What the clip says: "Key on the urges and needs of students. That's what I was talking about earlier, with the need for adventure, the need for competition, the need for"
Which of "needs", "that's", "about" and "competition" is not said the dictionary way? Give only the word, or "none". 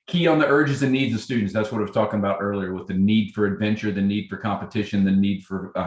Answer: none